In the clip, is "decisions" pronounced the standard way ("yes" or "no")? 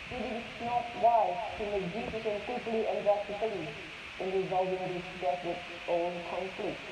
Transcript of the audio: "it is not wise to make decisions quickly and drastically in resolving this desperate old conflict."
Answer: no